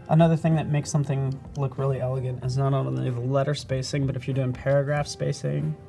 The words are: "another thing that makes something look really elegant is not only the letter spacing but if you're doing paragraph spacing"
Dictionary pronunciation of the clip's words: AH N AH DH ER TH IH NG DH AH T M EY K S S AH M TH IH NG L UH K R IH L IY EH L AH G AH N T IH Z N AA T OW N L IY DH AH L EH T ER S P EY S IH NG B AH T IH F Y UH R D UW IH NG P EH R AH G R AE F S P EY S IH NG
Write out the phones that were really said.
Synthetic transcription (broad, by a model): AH N AH DH ER TH IH NG DH AH T M EY K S S AH M TH IH NG L UH K R IH L IY EH L AH G AH N T IH Z N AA T OW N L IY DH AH L EH T ER S P EY S IH NG B AH T IH F Y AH R D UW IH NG P EH R AH G R AE F S P EY S IH NG